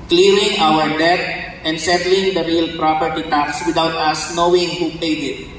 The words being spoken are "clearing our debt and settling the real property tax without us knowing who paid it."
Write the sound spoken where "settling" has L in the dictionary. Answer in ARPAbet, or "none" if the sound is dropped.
L